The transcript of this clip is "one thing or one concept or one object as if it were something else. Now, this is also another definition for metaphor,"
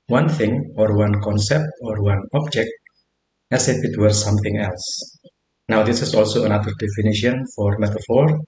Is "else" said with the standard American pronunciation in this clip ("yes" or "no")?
yes